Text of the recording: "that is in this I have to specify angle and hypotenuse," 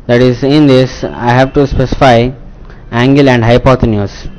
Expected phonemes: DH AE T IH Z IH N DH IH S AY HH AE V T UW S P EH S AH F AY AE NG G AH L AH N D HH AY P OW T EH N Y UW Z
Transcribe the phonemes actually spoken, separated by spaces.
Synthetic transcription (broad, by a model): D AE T IH Z IH N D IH S AY HH AE V T UW S P EH S AH F AY AE NG G AH L AH N D HH AY P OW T N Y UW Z